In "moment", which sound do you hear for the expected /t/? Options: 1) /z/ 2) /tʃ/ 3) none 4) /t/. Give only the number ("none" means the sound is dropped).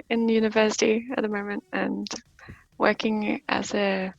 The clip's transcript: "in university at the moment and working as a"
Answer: 4